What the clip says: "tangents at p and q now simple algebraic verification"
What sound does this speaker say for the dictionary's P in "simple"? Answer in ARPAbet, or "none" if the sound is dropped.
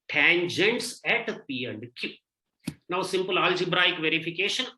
P